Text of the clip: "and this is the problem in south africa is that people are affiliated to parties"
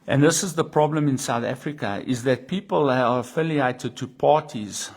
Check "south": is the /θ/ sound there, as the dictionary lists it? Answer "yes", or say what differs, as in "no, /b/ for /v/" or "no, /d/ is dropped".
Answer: yes